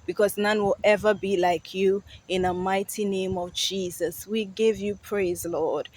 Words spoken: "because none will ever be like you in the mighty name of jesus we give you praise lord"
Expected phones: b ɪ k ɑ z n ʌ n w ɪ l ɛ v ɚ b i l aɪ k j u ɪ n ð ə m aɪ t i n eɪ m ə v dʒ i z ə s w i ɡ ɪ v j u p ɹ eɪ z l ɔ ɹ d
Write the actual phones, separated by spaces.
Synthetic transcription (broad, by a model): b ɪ k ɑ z n ʌ n w ɪ l ɛ v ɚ b i l aɪ k j u ɪ n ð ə m aɪ t i n eɪ m ə v dʒ i z ə s w i ɡ ɪ v j u p ɹ eɪ z l ɔ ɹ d